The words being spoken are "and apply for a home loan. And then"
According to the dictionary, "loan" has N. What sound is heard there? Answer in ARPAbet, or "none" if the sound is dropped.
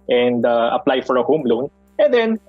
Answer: N